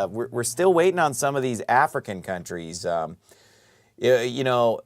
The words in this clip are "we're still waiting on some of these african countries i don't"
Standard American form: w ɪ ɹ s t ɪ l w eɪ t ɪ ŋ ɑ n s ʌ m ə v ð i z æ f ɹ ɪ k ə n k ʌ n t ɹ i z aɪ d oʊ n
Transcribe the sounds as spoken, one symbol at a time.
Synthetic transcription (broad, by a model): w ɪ ɹ s t ɪ l w eɪ t ɪ ŋ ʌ n s ʌ m ə v ð i z æ f ɹ ɪ k ə n k ʌ n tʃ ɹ i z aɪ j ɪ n